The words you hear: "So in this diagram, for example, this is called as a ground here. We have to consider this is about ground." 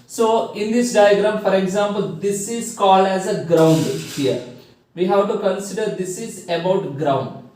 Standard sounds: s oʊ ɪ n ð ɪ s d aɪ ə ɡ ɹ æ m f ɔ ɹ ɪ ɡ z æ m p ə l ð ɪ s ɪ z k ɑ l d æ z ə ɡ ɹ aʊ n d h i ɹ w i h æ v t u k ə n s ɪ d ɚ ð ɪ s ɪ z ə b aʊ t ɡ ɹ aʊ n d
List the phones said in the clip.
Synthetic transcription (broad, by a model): s oʊ ɪ n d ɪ s d aɪ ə ɡ ɹ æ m f ɔ ɹ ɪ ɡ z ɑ m p ə l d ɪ s ɪ z k ɑ l d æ z ə ɡ ɹ aʊ n d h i ɹ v i h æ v t u k ə n s ɪ d ɚ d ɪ s ɪ z ə b aʊ t ɡ ɹ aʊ n d